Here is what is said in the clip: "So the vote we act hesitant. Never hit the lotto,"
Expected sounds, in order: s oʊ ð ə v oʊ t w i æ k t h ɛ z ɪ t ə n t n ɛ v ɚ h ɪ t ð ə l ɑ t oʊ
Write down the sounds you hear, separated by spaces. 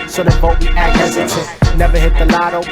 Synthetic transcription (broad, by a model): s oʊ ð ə b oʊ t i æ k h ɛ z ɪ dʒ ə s n ɛ v ɚ h ɪ t ð ə l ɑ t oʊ